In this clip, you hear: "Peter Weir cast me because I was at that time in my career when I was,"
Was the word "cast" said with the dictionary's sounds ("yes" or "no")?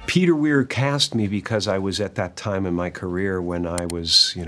yes